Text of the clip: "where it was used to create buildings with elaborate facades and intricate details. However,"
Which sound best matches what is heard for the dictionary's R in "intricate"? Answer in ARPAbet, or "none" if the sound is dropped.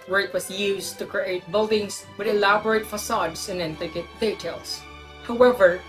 none